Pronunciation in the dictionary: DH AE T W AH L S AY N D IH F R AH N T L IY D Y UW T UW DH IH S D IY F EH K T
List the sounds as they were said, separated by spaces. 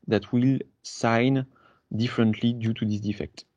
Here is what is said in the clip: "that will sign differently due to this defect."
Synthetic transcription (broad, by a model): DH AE T W AH L S AY N D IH F R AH N T L IY D Y UW T UW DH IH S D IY F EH K T